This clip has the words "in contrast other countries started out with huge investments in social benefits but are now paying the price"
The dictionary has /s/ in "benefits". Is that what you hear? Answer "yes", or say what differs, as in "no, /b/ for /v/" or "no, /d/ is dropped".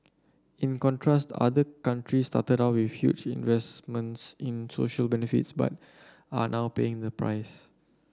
yes